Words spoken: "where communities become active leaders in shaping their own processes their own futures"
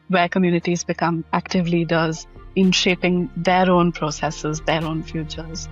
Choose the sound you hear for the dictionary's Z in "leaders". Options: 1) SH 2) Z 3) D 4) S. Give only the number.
2